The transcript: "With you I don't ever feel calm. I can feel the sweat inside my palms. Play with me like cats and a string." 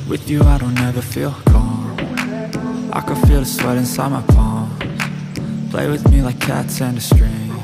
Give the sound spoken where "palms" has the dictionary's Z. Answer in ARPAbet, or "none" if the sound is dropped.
none